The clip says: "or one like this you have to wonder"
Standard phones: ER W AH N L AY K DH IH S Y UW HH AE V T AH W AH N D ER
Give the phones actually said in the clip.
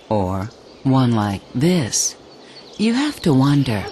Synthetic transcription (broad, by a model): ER W AH N L AY K DH IH S Y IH HH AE F T AH W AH N D ER